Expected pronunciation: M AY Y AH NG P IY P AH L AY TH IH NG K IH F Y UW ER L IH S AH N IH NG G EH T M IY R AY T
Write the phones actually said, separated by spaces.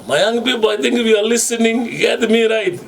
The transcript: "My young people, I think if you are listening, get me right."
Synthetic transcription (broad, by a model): M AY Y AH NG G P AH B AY T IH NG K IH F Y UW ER L IH S AH N IH NG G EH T M IY R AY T